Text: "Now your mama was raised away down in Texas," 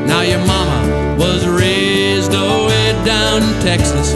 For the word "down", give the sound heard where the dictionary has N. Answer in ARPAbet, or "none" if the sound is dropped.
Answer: none